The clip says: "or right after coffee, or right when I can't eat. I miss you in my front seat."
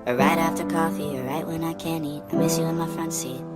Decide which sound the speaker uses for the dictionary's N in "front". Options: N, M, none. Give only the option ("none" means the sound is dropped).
N